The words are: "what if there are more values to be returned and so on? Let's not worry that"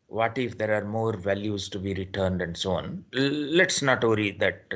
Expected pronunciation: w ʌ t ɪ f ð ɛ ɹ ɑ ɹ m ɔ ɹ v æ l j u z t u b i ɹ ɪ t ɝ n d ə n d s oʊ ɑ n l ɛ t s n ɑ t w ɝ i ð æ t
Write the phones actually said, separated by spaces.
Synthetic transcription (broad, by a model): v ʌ t ɪ f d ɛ ɹ ɑ ɹ m ɔ ɹ v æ l j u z t u b i ɹ ɪ t ɝ n d ə n d s oʊ ɑ n l ɛ t s n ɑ t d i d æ t